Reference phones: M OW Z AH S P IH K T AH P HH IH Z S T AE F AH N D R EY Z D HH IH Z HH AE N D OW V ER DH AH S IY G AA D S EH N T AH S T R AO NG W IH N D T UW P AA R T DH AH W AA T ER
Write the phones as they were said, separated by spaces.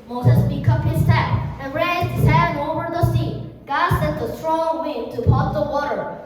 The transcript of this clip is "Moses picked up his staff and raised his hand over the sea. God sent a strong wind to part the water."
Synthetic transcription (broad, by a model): M OW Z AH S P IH K AH P HH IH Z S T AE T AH N R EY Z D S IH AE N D OW V ER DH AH S IY G AA D S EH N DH AH S T R AO NG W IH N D T UW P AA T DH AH W AA T ER